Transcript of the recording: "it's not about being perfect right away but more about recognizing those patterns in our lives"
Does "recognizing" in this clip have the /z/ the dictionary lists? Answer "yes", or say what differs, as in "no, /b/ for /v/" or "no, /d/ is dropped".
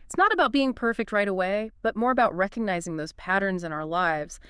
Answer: yes